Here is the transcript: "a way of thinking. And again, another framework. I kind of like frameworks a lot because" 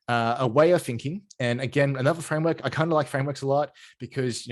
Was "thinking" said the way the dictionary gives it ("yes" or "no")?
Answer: yes